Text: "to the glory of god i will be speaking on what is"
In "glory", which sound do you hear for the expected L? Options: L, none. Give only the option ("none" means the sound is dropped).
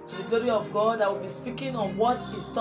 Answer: L